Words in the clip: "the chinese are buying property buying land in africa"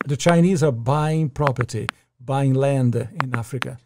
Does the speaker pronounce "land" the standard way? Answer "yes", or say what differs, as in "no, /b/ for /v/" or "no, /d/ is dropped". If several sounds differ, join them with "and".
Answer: yes